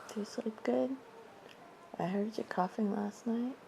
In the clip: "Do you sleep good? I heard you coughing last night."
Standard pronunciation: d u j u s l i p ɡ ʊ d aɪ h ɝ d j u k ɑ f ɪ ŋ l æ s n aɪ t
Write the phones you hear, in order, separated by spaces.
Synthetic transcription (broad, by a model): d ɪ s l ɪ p ɡ ʊ d aɪ h ɝ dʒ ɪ k ɑ f ɪ ŋ l æ s n aɪ t